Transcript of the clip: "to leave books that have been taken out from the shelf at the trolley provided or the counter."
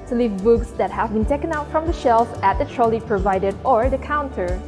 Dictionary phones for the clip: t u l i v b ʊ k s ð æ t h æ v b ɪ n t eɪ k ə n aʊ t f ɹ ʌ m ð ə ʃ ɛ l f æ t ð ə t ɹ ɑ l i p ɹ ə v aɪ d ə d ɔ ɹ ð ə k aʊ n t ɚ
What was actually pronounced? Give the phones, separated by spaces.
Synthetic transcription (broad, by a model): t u l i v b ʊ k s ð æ t h æ v b ɪ n t eɪ k ə n aʊ t f ɹ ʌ m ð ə ʃ ɛ l f æ t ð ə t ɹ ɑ l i p ɹ ə v aɪ d ə d ɔ ɹ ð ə k aʊ n t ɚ